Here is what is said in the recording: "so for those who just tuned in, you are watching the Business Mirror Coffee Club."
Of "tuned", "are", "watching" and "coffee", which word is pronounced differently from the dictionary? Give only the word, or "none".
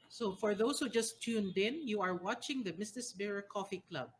none